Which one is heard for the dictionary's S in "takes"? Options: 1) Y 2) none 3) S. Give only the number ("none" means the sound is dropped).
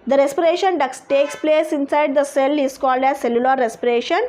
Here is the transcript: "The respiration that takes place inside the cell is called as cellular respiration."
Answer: 3